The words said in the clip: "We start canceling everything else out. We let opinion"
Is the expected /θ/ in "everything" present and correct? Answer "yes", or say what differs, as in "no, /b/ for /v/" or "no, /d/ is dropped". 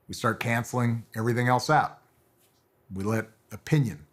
yes